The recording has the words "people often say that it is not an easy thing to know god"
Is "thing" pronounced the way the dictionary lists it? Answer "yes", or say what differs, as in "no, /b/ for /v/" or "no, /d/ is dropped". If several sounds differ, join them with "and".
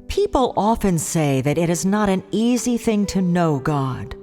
yes